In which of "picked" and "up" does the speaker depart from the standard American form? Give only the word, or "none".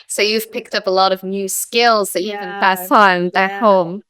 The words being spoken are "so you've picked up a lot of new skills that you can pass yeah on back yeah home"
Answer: none